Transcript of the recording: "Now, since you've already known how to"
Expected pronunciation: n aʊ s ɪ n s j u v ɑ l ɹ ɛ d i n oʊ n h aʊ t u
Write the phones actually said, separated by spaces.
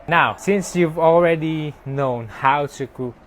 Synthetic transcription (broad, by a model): n aʊ s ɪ n s j u v ɑ l ɹ ɛ d i n oʊ n h aʊ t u